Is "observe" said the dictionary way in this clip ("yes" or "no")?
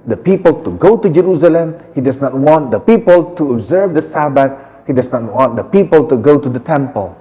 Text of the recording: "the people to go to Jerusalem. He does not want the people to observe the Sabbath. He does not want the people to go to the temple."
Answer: yes